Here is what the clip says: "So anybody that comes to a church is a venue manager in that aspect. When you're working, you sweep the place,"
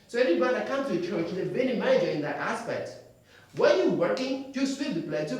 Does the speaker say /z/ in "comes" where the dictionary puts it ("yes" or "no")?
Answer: no